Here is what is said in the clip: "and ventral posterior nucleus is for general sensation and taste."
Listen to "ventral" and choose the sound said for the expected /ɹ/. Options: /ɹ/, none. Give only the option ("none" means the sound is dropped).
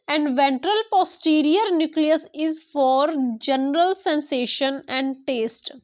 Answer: /ɹ/